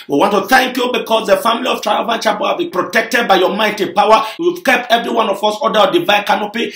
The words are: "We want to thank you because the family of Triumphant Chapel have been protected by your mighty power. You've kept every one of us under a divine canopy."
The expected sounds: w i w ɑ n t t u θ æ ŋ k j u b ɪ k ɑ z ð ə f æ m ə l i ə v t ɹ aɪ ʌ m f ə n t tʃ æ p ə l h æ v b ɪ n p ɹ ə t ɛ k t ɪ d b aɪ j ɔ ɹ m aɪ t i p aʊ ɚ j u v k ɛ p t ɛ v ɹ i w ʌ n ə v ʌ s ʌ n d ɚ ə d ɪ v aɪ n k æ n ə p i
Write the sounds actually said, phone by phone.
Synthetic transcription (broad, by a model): w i w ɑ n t t u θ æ ŋ k j u b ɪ k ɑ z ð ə f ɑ m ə l i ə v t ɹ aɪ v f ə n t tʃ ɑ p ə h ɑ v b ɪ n p ɹ ə t ɛ k t ɪ d b aɪ j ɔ m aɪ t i p aʊ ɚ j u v k ɛ p t ɛ v ɹ i w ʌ n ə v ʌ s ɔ d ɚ ə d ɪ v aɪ k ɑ n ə p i